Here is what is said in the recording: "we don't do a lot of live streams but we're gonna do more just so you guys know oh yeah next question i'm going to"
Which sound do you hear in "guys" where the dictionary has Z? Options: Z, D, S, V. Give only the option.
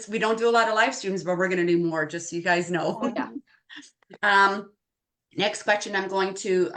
Z